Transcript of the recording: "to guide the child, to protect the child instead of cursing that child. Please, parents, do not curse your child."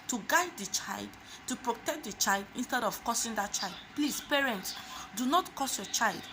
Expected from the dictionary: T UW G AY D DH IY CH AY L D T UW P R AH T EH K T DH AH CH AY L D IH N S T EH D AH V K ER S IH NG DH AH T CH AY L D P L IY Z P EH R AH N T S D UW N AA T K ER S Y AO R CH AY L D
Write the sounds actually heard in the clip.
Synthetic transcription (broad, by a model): T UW G AY D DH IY CH AY L D T UW P R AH T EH K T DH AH CH AY L D IH N S T EH D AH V K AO S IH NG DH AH T CH AY L D P L IY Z P EH R AH N T S D UW N AA T K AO S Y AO CH AY L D